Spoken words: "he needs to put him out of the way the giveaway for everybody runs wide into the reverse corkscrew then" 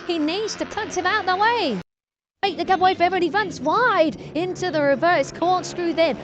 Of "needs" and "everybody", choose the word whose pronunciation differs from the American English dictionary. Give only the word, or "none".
everybody